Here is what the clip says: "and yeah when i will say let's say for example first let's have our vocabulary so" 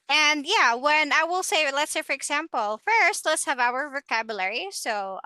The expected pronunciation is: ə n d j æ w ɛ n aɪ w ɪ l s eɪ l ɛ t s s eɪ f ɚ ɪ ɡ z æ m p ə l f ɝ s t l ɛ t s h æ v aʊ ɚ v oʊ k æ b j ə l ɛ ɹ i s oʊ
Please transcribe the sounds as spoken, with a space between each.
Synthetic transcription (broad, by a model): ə n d j æ w ɛ n aɪ w ɪ l s eɪ l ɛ t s s eɪ f ɚ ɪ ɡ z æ m p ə l f ɝ s t l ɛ t s h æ v aʊ ɚ v oʊ k æ b j ə l ɛ ɹ i s oʊ